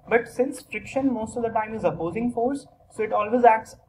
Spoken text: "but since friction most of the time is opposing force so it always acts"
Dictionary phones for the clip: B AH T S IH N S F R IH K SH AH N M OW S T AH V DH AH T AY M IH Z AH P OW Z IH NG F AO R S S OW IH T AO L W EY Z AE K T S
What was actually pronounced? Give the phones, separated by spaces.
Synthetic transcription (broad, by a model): B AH T S IH N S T R IH K SH AH N M OW S T AH V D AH T AY M IH Z AH P OW Z IH NG F AO R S S OW IH T AO L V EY Z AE K T S